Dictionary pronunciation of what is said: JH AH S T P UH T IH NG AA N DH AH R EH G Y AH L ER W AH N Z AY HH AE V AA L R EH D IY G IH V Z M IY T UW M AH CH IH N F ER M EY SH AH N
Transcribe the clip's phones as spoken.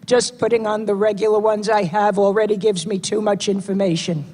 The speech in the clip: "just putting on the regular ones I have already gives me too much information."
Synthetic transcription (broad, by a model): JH AH S P UH T IH NG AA N DH AH R EH G Y L ER W AH N Z AY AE V L R EH D IY G IH V Z M IY T UW M AH CH IH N F ER M EY SH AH N